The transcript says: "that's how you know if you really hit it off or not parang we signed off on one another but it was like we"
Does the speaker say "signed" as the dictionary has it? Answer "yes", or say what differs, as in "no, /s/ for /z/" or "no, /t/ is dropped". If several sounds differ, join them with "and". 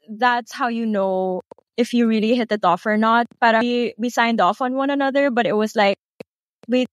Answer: yes